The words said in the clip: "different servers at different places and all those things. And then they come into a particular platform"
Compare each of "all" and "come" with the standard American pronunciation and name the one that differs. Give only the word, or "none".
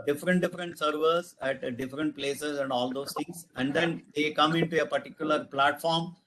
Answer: none